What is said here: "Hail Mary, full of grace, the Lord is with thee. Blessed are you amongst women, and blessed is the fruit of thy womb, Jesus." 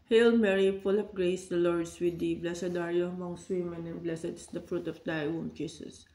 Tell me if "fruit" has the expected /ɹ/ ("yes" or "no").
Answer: yes